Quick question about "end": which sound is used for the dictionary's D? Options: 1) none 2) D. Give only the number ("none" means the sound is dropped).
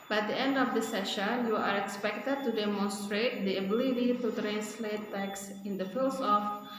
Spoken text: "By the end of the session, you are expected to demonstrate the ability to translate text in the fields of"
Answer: 2